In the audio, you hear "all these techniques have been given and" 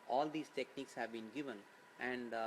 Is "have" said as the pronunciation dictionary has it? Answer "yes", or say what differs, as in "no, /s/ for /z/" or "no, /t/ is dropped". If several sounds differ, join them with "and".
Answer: yes